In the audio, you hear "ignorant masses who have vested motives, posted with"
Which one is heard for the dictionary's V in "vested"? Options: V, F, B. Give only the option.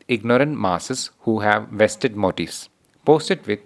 V